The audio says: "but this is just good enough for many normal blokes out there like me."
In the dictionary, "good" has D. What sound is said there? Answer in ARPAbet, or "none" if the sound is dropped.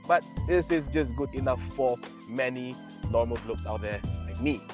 D